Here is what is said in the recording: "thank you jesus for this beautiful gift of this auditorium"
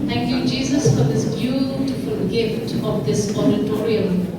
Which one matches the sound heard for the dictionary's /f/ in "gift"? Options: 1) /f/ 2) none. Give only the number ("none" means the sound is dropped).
1